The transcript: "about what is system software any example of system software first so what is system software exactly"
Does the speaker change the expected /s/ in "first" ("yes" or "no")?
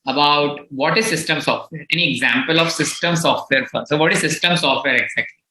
yes